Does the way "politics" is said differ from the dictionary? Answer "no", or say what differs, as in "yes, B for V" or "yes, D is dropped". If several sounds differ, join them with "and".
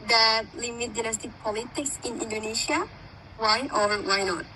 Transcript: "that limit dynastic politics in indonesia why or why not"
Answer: no